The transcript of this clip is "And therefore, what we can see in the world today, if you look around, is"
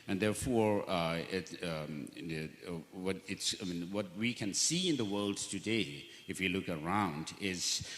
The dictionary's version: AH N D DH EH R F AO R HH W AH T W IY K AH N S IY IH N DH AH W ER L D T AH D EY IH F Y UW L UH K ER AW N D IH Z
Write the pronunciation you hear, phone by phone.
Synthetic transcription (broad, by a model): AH N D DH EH R F AO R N W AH T W IY K AH N S IY IH N DH AH W ER L D T AH D EY IH F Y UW L UH K ER AW N D IH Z